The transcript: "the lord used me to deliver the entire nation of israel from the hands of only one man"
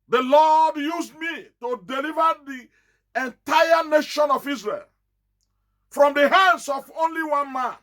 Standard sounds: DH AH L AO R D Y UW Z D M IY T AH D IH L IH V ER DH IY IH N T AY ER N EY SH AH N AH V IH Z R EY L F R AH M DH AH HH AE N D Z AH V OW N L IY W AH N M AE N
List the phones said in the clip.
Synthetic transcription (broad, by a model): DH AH L AO D Y UW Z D M IY T AH D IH L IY V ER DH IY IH N T AY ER N EY SH AH N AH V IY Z R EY L F R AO M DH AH HH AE N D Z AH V OW N L IY W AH N M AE N